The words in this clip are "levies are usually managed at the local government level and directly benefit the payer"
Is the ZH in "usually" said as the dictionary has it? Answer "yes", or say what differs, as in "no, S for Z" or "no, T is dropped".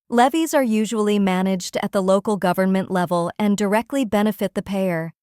yes